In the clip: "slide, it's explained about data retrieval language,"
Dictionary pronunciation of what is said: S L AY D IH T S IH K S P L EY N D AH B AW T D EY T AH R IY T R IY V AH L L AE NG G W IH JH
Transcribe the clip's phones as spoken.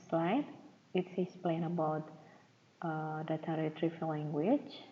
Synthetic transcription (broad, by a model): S L AY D IH T S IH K S P L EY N AH B AW T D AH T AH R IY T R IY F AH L L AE NG G W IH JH